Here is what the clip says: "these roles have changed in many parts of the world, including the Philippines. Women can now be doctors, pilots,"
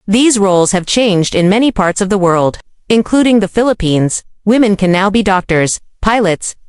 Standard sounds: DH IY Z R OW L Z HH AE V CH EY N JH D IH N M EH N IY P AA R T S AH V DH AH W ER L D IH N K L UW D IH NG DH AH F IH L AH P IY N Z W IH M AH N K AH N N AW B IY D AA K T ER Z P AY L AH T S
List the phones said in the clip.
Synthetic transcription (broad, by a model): DH IY Z R OW L Z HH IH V CH EY N JH D IH N M EH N IY P AA R T S AH V DH AH W ER L D IH N K L UW D IH NG DH AH F IH L AH P IY N Z W IH M AH N K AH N N AW B IY D AA K T ER Z P AY L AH T S